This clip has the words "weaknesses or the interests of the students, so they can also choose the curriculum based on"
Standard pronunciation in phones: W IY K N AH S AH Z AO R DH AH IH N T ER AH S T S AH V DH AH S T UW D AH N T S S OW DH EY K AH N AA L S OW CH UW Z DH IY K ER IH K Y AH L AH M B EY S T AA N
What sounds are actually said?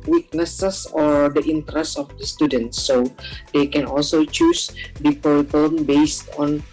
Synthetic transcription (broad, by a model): W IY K N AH S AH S AO R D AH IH N T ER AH S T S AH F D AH S T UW D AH N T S S OW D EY K AH N AA L S OW CH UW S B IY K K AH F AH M B EY S T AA N